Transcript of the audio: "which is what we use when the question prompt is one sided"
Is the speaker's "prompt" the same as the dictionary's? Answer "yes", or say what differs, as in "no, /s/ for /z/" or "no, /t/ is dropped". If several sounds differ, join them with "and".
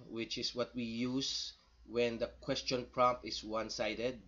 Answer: no, /t/ is dropped